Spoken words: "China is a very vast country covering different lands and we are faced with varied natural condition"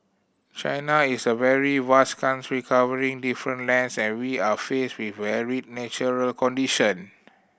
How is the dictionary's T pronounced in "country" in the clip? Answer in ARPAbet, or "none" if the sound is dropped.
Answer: S